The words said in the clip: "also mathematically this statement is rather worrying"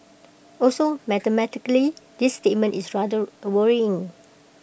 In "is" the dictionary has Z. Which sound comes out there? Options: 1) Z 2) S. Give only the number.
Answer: 2